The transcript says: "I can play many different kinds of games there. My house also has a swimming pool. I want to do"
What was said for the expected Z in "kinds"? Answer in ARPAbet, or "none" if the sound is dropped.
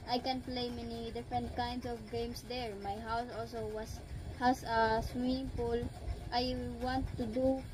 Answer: S